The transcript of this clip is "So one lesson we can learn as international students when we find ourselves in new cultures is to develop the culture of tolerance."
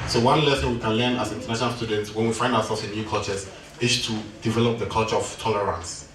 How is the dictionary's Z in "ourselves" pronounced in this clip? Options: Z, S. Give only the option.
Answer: S